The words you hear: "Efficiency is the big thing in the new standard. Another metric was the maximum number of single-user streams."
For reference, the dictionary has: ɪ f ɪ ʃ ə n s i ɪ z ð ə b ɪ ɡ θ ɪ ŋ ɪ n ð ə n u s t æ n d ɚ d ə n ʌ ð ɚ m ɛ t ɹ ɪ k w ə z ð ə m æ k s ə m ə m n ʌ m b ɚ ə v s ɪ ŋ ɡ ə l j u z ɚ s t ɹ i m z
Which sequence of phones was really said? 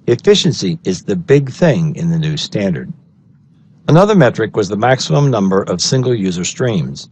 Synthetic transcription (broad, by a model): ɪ f ɪ ʃ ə n s i ɪ z ð ə b ɪ ɡ θ ɪ ŋ ɪ n ð ə n u s t æ n d ɚ d ə n ʌ ð ɚ m ɛ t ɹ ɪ k w ə z ð ə m æ k s ə m ə m n ʌ m b ɚ ə v s ɪ ŋ ɡ l j u z ɚ s t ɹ i m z